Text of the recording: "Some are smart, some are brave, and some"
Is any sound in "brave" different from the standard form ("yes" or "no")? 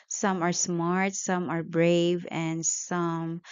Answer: no